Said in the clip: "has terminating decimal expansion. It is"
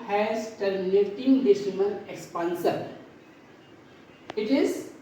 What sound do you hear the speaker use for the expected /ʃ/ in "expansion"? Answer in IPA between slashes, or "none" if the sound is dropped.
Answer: /s/